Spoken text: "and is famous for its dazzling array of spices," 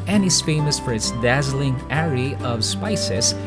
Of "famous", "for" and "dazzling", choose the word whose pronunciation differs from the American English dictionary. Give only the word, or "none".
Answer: none